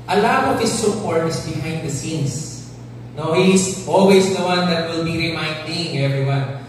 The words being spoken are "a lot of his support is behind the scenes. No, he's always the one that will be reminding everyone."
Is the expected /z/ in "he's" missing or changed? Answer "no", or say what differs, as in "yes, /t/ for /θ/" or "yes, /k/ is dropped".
yes, /s/ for /z/